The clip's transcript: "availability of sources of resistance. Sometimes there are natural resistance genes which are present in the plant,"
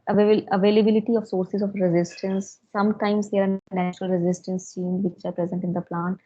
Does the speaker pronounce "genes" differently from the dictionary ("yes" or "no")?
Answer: yes